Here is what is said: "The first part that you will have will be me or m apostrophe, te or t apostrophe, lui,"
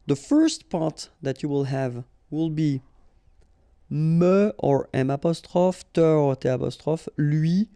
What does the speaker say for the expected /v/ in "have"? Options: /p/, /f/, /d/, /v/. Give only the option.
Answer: /v/